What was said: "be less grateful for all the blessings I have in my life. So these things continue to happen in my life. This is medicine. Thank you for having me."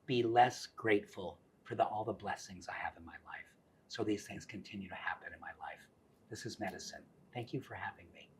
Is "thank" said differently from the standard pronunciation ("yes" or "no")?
no